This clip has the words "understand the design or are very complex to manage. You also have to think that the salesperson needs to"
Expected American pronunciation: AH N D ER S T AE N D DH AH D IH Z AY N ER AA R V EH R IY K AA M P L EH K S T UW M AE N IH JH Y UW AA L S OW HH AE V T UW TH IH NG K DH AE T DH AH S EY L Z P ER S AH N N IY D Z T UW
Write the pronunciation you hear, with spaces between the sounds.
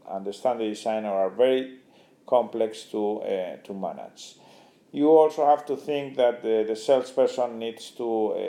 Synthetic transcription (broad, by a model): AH N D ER S T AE N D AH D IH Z AY N ER AA R V EH R IY K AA M P L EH K S T UW M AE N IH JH Y UW AA L S OW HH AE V T UW TH IH NG K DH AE T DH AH S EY L S P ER S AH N N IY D S T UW